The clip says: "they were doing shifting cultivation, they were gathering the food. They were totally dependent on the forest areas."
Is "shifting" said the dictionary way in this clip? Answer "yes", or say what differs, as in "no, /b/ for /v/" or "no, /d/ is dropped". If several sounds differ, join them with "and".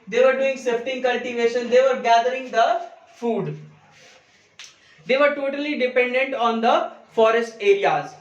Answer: no, /s/ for /ʃ/